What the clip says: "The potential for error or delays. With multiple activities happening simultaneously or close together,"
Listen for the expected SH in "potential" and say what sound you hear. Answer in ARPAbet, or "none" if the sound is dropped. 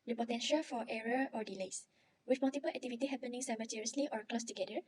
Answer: SH